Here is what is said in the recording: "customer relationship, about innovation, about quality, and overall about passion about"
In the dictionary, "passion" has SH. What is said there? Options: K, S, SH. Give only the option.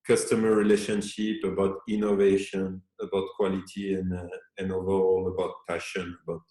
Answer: SH